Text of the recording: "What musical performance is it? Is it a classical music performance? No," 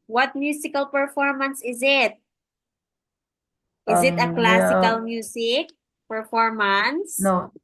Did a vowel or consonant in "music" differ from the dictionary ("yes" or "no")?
yes